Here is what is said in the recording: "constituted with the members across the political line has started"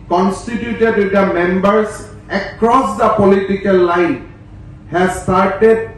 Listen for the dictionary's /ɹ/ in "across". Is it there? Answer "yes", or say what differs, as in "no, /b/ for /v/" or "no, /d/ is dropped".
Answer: yes